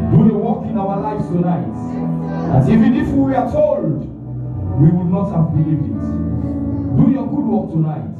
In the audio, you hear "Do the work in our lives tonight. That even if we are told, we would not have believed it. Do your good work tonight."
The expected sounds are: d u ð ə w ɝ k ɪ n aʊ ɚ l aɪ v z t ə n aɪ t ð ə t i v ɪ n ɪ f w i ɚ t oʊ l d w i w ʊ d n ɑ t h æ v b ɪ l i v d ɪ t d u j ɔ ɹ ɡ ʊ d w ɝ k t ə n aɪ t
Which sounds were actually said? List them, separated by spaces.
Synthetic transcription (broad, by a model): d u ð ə w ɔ k ɪ n aʊ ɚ l aɪ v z t ə n aɪ t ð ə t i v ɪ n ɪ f w i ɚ t oʊ l d w i w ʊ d n ɑ t h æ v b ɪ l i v ɪ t d u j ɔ ɡ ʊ d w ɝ k t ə n aɪ t